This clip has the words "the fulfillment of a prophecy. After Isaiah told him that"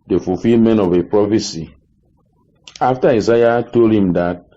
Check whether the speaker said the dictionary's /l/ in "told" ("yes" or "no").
yes